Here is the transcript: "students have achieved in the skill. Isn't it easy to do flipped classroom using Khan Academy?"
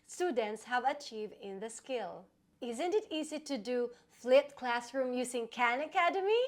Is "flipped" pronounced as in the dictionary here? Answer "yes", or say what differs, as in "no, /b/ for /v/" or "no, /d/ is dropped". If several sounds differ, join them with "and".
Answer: no, /p/ is dropped